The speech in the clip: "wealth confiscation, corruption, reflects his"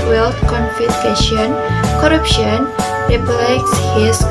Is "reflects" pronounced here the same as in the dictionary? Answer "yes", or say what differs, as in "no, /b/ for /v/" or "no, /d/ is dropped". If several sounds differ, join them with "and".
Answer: no, /p/ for /f/